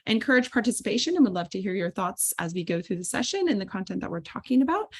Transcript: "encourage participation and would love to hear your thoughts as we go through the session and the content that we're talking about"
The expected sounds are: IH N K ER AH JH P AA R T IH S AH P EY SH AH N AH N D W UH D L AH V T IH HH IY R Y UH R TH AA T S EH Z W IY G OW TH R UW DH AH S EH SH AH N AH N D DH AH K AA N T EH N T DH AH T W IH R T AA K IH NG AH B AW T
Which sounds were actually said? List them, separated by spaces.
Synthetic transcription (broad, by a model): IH N K ER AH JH P AA R T IH S AH P EY SH AH N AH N W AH D L AH V T IH HH IY R Y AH R TH AA T S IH Z W IY G OW TH R UW DH AH S EH SH AH N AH N DH AH K AA N T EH N DH AH T W IH R T AA K IH NG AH B AW T